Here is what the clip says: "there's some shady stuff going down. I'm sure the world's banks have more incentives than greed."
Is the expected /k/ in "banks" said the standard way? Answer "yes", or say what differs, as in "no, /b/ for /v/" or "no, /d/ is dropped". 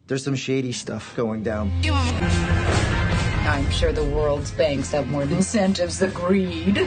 yes